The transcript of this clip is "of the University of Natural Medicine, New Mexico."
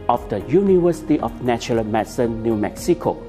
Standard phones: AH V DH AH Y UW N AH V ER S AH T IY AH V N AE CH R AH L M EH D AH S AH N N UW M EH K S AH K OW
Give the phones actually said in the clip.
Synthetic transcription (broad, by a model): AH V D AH Y UW N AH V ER S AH T IY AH F N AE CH AH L M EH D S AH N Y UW M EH K S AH K OW